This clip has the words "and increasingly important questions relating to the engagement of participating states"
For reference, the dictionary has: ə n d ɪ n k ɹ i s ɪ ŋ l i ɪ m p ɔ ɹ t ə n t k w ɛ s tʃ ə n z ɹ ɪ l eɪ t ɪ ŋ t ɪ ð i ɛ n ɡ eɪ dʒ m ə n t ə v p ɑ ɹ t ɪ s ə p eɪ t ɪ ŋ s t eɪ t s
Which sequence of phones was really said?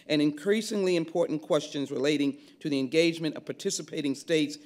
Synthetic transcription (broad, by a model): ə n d ɪ n k ɹ i s ɪ ŋ l i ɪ m p ɔ ɹ t n k w ɛ s tʃ ə n z ɹ ɪ l eɪ t ɪ ŋ t ɪ ð i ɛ n ɡ eɪ dʒ m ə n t ə v p ɑ ɹ t ɪ s ə p eɪ t ɪ ŋ s t eɪ t s